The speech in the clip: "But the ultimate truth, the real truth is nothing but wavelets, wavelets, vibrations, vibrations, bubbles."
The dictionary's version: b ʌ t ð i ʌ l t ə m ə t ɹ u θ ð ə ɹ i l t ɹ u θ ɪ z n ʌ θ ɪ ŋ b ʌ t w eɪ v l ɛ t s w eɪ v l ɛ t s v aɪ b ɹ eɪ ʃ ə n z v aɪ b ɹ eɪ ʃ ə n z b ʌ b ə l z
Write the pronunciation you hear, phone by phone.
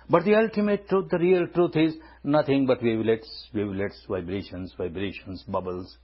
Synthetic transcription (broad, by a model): b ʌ t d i ʌ l t ə m ə t ɹ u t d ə ɹ i l t ɹ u t ɪ z n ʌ t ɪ ŋ b ʌ t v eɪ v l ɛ t s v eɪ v l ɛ t s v aɪ b ɹ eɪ ʃ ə n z v aɪ b ɹ eɪ ʃ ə n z b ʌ b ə l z